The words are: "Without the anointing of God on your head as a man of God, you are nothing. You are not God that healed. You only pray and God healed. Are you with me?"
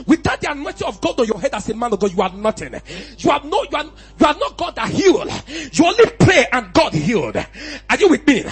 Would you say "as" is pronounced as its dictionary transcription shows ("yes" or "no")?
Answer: no